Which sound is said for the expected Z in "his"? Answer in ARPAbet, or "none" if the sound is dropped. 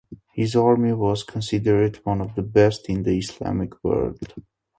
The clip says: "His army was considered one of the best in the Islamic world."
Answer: Z